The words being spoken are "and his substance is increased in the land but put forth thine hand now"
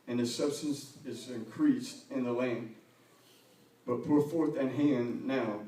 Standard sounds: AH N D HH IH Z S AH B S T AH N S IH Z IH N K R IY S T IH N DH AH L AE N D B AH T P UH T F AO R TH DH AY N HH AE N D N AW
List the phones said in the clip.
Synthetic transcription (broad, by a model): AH N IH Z S AH B S T AH N S IH Z IH N K R IY S T IH N DH AH L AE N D B AH T P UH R F AO R TH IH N HH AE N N AW